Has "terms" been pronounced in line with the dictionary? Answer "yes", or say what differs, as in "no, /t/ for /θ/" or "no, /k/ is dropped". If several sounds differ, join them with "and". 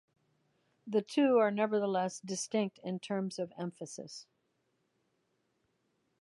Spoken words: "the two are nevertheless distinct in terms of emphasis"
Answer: yes